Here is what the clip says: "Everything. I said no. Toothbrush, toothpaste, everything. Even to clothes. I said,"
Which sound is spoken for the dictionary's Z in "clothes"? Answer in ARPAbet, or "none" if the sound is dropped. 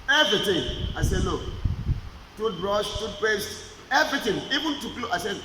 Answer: none